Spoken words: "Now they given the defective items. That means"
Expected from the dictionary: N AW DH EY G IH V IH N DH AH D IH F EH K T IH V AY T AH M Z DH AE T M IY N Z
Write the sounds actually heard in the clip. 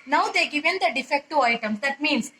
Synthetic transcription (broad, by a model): N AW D EY G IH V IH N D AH D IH F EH K T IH AY T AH M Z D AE T M IY N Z